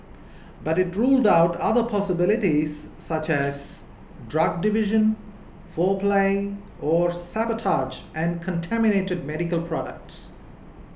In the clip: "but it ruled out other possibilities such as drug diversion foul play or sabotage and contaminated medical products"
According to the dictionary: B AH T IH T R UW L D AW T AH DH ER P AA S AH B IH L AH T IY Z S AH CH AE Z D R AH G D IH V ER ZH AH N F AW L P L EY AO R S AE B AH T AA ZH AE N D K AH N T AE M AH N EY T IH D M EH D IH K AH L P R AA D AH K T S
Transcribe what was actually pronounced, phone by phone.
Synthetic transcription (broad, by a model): B AH T IH T R UW L D AW T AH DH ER P AA S AH B IH L AH T IY Z S AH CH AE Z D R AH G D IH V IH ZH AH N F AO P L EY AO R S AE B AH T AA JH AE N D K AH N T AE M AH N EY T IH D M EH D IH K AH L P R AA D AH K T S